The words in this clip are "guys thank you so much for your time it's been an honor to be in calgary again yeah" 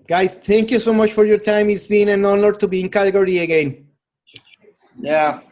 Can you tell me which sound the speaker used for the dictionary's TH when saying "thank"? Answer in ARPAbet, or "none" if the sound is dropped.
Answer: T